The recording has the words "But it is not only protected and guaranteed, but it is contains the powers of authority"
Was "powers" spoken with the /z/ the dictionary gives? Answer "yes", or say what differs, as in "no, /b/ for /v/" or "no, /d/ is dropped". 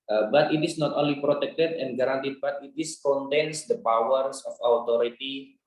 no, /s/ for /z/